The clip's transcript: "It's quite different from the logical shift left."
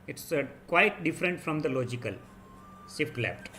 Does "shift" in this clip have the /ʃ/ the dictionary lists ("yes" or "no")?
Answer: no